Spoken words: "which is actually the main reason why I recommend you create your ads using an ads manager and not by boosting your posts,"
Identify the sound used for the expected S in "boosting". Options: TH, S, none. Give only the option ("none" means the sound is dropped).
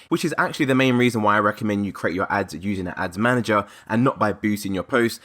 none